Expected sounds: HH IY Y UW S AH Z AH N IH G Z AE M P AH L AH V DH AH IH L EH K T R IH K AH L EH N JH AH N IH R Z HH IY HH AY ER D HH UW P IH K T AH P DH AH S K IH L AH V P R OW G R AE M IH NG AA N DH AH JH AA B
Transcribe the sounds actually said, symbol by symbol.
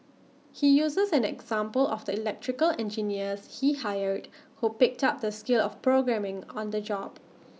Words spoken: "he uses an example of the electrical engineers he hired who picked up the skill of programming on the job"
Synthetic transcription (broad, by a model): HH IY Y UW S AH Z AH N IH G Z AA M P AH L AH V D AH IH L EH K T R IH K AH L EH N JH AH N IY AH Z HH IY HH AY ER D HH UW P IH K T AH P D AH S K IH L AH F P R OW G R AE M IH NG AA N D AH JH AA B